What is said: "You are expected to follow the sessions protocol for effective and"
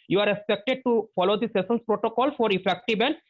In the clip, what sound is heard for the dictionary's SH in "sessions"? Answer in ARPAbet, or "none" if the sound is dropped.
S